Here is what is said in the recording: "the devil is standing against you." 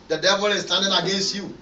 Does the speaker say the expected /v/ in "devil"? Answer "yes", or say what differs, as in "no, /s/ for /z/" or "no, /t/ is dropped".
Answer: yes